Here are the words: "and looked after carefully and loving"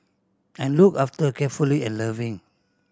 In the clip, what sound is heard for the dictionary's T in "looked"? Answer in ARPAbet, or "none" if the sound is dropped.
none